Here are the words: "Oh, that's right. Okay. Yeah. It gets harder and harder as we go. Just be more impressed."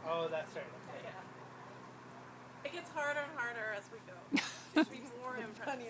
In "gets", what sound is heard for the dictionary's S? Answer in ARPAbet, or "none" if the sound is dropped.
S